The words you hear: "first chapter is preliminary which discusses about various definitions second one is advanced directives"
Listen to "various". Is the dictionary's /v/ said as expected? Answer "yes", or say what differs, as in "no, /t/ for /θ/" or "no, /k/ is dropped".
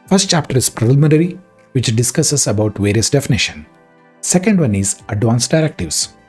yes